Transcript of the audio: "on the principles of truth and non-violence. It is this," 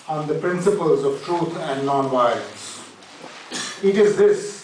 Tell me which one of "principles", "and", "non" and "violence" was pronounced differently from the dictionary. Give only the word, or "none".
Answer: violence